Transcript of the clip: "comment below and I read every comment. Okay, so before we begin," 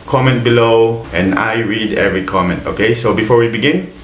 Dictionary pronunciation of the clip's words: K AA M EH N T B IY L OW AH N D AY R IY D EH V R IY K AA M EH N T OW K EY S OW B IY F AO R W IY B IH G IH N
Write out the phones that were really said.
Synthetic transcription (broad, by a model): K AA M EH N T B IY L OW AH N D AY R IY D EH V R IY K AA M EH N T OW K EY S OW B IY F AO R W IY B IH G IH N